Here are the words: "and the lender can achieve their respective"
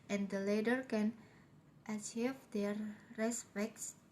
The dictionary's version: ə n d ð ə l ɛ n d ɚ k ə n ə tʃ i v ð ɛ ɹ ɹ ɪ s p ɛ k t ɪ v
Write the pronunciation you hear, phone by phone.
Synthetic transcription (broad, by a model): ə n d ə l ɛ d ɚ k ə n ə tʃ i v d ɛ ɹ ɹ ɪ s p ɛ k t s